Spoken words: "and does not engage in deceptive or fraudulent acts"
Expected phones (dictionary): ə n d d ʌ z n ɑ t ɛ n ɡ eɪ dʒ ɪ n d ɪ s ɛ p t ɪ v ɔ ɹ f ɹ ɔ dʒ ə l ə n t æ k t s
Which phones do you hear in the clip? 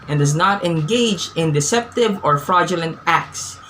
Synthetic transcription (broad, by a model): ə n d d ʌ z n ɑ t ɛ n ɡ eɪ dʒ ɪ n d ɪ s ɛ p t ɪ v ɔ ɹ f ɹ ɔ dʒ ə l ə n t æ k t s